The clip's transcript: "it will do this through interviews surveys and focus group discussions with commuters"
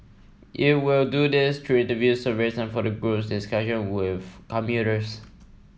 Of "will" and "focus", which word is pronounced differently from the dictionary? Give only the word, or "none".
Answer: focus